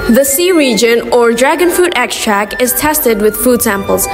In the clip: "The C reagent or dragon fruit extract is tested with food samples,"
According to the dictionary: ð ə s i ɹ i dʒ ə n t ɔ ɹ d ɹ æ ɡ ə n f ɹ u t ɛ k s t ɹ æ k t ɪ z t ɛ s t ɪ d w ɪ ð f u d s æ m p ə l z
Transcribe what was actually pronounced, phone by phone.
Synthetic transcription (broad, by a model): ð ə s i ɹ i dʒ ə n ɔ ɹ d ɹ æ ɡ ə n f u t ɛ k s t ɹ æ k ɪ z t ɛ s t ɪ d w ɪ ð f u d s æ m p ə l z